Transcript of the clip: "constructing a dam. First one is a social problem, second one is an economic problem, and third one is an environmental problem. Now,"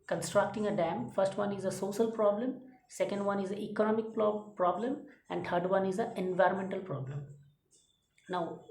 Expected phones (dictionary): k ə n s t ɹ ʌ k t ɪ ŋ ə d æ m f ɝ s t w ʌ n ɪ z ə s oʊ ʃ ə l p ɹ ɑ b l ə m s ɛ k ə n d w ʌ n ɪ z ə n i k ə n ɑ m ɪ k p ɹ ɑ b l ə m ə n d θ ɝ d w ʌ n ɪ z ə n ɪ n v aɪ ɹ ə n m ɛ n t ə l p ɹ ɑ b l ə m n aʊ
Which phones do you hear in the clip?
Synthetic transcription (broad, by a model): k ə n s t ɹ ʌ k t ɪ ŋ ə d æ m f ɝ s t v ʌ n ɪ z ə s oʊ ʃ ə l p ɹ ɑ b l ə m s ɛ k ə n d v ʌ n ɪ z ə i k ə n ɑ m ɪ k p ɹ ɑ b l ə m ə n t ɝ d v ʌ n ɪ z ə ɪ n v aɪ ɹ ə n m ɛ n t ə l p ɹ ɑ b l ə m n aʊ